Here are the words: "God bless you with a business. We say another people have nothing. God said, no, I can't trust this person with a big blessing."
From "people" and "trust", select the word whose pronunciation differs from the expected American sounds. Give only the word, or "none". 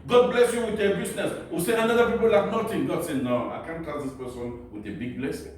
trust